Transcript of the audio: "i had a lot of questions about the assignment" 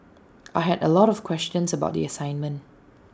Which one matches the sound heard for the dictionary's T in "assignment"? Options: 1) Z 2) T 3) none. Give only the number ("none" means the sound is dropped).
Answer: 2